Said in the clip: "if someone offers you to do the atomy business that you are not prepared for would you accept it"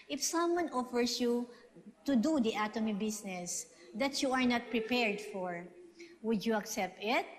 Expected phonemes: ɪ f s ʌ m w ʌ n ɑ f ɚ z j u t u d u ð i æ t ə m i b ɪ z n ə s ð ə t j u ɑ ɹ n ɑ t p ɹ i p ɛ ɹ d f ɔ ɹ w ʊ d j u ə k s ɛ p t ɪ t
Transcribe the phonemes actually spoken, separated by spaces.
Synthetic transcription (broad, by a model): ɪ f s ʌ m w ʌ n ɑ f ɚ s j u t u d u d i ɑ t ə m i b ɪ s n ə s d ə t j u ɑ ɹ n ɑ t p ɹ i p ɛ ɹ d f ɔ ɹ w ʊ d j u ə k s ɛ p t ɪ t